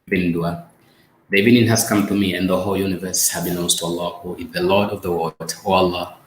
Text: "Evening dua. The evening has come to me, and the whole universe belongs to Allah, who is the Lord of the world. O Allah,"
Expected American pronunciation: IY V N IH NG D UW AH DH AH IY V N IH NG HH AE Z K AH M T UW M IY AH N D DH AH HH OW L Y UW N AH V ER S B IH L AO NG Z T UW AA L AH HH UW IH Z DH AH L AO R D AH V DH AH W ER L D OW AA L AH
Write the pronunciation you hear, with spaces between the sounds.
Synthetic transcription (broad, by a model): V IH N D UW AH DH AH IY N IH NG HH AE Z K AH M T UW M IY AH N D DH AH HH OW L Y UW N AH V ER S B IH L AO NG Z T UW AA L AH HH UW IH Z DH AH L AO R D AH V DH AH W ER D OW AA L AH